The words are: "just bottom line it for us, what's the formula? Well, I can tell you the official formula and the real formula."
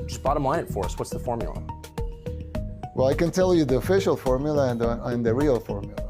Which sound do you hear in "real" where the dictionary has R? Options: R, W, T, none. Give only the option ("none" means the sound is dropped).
R